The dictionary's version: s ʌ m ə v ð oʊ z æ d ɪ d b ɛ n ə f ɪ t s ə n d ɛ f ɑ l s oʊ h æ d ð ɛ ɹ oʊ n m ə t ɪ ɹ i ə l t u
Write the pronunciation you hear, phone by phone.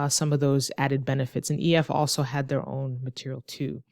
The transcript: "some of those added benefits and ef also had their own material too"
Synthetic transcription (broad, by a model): s ʌ m ə v ð oʊ z æ d ɪ d b ɛ n ə f ɪ t s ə n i ɛ f ɑ l s oʊ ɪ d ð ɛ ɹ oʊ n m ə t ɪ ɹ i l t u